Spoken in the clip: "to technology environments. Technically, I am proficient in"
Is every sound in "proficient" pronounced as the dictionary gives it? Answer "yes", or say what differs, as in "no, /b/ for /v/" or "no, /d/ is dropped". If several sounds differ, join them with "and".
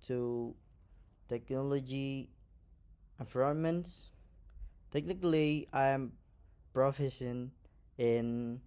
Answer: no, /s/ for /ʃ/ and /t/ is dropped